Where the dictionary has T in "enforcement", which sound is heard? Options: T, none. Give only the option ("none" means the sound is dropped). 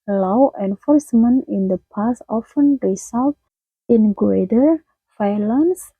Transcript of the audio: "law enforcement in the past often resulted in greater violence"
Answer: none